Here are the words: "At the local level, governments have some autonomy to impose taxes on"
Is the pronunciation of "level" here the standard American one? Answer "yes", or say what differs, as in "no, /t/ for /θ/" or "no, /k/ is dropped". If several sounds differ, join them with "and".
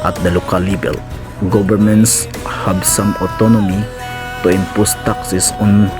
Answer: no, /b/ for /v/